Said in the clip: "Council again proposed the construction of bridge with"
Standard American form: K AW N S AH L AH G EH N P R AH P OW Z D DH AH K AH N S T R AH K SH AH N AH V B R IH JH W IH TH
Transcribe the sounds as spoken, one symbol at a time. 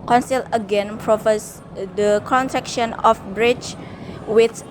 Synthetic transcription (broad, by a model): K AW N S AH L AH G EH N P R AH F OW S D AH K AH N T R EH K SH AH N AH F B R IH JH W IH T